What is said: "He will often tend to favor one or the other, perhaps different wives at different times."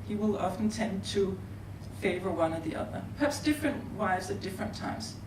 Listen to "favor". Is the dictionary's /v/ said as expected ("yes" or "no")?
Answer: yes